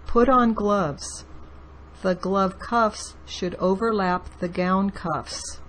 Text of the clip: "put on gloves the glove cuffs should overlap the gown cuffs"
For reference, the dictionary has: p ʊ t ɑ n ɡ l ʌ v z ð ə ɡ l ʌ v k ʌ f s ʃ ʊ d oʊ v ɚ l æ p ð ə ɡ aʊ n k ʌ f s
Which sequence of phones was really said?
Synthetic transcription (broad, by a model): p ʊ t n ɡ l ʌ v z ð ə ɡ l ʌ v k ʌ f s ʃ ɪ d oʊ v ɚ l æ p ð ə ɡ aʊ n k ʌ f s